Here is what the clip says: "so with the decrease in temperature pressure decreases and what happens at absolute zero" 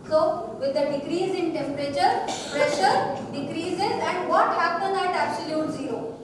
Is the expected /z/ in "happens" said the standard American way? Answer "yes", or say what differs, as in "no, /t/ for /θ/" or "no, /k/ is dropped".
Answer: no, /z/ is dropped